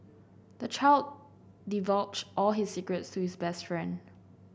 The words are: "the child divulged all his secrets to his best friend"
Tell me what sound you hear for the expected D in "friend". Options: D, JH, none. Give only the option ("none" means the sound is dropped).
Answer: D